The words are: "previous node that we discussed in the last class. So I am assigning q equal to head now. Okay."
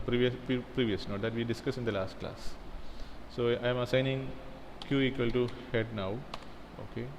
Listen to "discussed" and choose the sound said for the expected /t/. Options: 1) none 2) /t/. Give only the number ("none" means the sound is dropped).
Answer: 1